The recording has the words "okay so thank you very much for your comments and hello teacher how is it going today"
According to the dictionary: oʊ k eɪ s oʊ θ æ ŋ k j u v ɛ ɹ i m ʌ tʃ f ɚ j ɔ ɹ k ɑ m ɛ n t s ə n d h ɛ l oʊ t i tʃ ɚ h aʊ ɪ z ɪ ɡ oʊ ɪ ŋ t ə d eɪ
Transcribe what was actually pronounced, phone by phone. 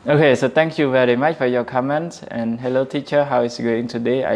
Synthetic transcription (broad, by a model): oʊ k eɪ s oʊ t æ ŋ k j u v ɛ ɹ i m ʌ tʃ f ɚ j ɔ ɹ k ɑ m ɛ n t s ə n h ɛ l oʊ t i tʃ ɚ h aʊ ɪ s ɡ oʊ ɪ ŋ t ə d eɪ